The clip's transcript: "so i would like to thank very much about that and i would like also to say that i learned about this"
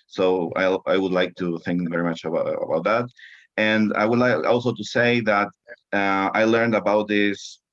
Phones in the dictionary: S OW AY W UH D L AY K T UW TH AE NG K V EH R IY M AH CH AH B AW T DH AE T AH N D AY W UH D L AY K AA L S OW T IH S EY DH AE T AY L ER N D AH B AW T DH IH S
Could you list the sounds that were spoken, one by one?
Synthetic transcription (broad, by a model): S OW AY W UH D L AY K T UW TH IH NG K V EH R IY M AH CH AH B AW T DH AE T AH N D AY W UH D L AY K AA L S OW T IH S EY DH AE T AY L ER N D AH B AW T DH IH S